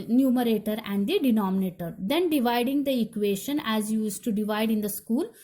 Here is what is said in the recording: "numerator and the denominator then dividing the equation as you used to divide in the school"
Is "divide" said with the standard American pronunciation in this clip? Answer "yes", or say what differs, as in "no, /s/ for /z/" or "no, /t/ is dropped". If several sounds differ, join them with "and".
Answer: yes